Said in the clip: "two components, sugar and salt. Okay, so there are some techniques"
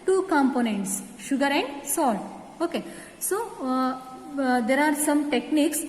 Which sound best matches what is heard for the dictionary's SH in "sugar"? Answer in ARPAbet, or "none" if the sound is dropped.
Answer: SH